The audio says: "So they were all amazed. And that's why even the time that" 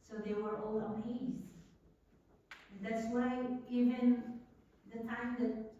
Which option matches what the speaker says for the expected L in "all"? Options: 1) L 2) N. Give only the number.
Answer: 1